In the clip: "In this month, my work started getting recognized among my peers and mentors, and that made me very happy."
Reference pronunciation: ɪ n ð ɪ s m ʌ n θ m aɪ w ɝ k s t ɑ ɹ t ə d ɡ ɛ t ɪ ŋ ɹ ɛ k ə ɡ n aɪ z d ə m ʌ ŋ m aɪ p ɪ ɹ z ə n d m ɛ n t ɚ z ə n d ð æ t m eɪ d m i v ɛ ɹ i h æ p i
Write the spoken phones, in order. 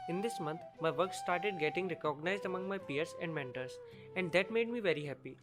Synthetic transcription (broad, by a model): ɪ n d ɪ s m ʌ n t m aɪ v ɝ k s t ɑ ɹ t ə d ɡ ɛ t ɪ ŋ ɹ ɛ k ə ɡ n aɪ z d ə m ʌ ŋ m aɪ p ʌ ɹ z ə n d m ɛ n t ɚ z ə n d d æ t m eɪ d m i v ɛ ɹ i h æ p i